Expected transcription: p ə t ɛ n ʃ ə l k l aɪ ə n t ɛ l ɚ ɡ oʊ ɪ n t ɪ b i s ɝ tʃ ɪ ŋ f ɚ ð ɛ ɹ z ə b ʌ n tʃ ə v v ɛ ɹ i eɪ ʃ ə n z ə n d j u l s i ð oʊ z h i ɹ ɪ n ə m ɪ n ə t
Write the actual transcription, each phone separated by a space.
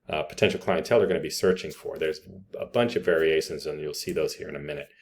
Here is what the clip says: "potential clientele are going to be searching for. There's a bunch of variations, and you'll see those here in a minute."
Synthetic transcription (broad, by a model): p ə t ɛ n ʃ l k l aɪ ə n t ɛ l ɚ ɡ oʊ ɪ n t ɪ b i s ɝ tʃ ɪ ŋ f ɚ ð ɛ ɹ z ə b ʌ n tʃ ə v v ɛ ɹ i eɪ ʃ ə n z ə n j u l s i ð oʊ z h i ɹ ɪ n ə m ɪ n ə t